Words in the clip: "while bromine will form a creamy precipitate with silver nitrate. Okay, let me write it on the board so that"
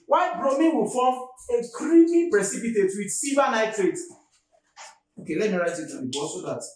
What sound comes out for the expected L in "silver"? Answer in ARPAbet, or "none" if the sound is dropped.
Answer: none